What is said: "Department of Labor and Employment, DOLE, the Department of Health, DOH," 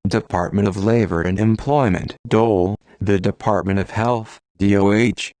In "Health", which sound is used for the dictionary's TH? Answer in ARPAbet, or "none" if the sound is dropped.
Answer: TH